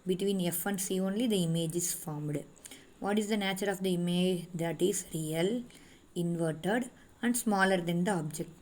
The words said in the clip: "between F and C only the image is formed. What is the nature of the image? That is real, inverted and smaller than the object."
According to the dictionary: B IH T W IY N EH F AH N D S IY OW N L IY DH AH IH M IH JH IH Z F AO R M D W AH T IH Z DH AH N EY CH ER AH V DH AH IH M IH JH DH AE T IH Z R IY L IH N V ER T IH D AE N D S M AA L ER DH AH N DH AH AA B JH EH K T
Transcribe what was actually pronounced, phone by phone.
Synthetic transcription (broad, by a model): B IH T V IY N EH F AH N D S IY OW N L IY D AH IH M IH JH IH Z F AO R M D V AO T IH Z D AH N EY CH ER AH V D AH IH M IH JH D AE T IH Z R IY L IH N V ER T IH D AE N D S M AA L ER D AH N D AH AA B JH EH K T